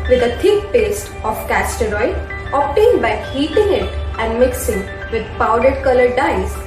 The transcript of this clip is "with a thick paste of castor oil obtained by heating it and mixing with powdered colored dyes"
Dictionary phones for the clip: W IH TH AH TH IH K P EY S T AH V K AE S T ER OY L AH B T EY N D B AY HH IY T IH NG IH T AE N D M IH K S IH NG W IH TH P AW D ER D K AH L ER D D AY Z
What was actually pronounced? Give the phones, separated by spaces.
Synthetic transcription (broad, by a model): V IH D AH T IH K P EY S T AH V K AE S T ER OY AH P T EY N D B AY HH IY T IH NG IH T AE N D M IH K S IH NG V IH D P AW D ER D K AH L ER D D AY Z